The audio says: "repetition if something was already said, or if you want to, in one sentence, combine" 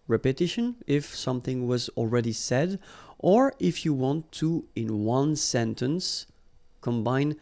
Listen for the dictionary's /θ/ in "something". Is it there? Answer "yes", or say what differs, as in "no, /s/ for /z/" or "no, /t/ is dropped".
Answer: yes